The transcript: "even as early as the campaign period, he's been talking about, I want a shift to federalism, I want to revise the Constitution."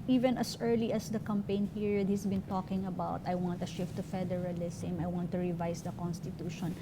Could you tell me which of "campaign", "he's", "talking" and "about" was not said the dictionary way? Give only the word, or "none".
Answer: he's